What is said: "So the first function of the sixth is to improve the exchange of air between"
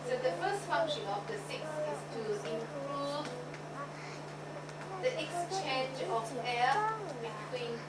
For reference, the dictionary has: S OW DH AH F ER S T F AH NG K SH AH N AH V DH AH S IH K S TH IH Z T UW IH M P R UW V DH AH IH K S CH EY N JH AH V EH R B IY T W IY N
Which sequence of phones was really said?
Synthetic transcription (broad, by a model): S OW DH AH F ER S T F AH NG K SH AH N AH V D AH S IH K S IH S T UW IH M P R UW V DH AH IH K S CH EY N JH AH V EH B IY T W IY N